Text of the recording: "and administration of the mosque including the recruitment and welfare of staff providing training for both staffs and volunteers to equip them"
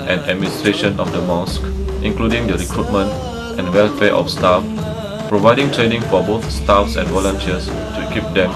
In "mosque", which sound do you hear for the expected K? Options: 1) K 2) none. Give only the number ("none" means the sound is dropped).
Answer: 1